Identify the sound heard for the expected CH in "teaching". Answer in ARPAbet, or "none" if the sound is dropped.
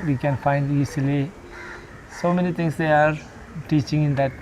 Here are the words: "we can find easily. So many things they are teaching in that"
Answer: CH